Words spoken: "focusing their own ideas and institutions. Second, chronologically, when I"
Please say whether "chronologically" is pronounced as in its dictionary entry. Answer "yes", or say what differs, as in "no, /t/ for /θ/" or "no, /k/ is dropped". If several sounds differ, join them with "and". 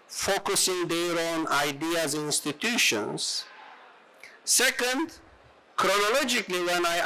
yes